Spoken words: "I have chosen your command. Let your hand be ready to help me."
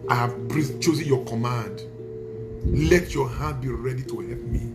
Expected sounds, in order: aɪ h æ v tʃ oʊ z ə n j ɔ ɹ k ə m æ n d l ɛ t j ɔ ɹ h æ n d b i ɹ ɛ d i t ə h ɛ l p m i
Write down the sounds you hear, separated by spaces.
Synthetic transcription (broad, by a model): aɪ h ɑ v tʃ oʊ z ə n j ɔ k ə m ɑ n d l ɛ t j ɔ h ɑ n b i ɹ ɛ d i t ə h ɛ l p m i